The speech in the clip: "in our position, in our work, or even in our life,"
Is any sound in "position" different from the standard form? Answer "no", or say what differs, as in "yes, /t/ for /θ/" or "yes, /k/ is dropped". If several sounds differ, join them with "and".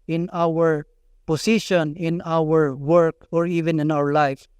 yes, /s/ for /z/